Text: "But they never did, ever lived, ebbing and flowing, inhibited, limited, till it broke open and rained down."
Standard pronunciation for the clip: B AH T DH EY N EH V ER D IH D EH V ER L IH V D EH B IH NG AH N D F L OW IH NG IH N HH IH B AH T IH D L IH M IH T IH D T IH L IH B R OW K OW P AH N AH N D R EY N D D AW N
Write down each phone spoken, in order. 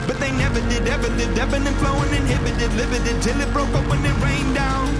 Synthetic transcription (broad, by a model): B AH T DH EY N EH V ER D IH D EH V ER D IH D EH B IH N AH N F L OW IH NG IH N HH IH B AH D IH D L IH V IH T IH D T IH L IH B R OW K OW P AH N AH R EY N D D AW N